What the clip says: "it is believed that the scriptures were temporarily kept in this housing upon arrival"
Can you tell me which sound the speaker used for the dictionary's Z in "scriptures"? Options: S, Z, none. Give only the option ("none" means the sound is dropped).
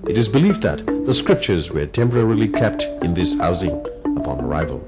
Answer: Z